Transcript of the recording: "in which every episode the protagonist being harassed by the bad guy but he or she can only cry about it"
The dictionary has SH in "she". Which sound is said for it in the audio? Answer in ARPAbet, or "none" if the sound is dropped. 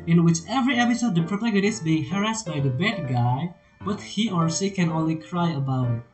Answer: S